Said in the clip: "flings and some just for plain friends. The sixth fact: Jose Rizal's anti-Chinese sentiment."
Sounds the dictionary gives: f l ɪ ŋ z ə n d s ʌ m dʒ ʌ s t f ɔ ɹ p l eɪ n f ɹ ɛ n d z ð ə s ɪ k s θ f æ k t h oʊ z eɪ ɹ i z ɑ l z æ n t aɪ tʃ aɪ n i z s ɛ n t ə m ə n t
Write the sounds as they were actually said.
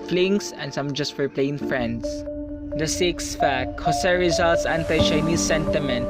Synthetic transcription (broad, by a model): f l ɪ ŋ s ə n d s ʌ m dʒ ʌ s t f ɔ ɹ p l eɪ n f ɹ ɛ n d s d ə s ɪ k s f æ k t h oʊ s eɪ ɹ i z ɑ l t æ n t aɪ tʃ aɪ n i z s ɛ n t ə m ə n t